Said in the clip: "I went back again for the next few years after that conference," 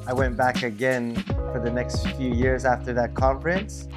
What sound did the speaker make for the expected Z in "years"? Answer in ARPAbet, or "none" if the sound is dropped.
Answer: Z